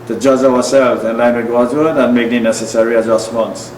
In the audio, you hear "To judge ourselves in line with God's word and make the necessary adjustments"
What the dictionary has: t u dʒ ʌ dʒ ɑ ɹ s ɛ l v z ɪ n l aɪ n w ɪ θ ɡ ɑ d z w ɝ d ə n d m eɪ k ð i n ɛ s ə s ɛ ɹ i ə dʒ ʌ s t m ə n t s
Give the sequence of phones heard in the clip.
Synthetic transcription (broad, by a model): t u dʒ ʌ dʒ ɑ w s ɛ l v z ɪ n l aɪ n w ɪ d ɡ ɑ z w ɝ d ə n m eɪ k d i n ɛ s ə s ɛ ɹ i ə dʒ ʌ s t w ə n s